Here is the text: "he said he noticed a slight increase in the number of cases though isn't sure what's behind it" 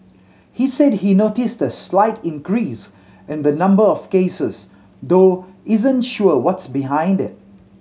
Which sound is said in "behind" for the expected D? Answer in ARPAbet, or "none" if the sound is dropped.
D